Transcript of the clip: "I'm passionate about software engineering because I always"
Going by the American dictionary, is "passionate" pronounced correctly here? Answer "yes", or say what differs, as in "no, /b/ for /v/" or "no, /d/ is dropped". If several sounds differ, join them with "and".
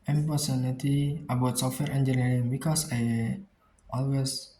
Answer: no, /s/ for /ʃ/